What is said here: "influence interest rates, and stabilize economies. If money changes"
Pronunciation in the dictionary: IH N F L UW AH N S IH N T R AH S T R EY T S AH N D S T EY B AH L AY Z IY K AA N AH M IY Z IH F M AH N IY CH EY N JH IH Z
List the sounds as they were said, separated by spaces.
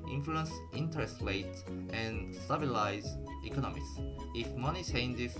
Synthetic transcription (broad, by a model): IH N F L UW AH N S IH N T R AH S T L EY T AH N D S T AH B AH L AY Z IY K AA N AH M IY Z IH F M AH N IY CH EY N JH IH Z